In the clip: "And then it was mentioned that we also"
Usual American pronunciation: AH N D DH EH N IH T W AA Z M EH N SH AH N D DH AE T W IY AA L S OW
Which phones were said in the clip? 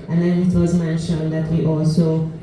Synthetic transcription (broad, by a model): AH N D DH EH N IH T W AA Z M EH N SH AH N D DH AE T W IY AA L S OW